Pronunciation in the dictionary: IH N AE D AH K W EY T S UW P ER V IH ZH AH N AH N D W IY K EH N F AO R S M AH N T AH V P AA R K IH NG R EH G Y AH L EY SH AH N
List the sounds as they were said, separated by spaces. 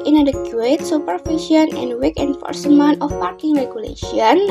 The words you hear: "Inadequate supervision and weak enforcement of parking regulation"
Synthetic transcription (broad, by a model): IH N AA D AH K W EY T S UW P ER F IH SH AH N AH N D W IY K EH N F AO R S M AH N T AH F P AA R K IH NG R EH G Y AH L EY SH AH N